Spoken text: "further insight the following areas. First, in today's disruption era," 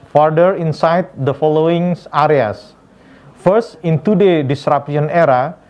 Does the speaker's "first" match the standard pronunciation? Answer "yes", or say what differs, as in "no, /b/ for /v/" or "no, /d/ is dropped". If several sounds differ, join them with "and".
yes